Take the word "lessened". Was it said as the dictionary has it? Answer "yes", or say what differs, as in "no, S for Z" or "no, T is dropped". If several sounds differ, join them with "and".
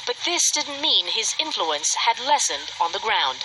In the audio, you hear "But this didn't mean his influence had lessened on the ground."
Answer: yes